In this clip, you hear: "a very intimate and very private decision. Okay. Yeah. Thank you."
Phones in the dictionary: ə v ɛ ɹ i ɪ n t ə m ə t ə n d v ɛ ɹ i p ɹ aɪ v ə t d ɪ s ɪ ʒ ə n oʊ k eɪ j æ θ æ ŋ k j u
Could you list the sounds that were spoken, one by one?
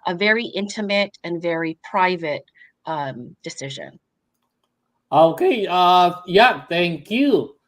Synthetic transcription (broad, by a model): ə v ɛ ɹ i ɪ n t ə m ə t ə n v ɛ ɹ i p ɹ aɪ v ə t d ɪ s ɪ ʒ ə n oʊ k eɪ j æ θ æ ŋ k j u